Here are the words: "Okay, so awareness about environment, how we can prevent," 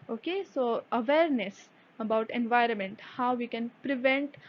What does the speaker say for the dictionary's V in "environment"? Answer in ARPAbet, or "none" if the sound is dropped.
V